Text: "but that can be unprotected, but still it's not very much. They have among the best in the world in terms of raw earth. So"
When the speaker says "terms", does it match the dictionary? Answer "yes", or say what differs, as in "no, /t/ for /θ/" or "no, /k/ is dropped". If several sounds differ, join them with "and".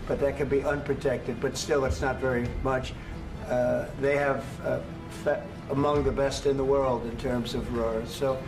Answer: yes